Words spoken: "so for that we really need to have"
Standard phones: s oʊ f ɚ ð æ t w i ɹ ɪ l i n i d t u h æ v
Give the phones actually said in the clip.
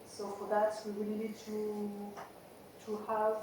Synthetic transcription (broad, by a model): s oʊ f ɚ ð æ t w i w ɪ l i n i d t u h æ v